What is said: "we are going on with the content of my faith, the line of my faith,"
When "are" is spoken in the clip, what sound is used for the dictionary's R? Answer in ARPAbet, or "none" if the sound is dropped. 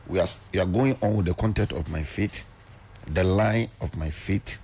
W